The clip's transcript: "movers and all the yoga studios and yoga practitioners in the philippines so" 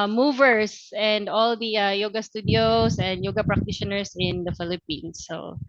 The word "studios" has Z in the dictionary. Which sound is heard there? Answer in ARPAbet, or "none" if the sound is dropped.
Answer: S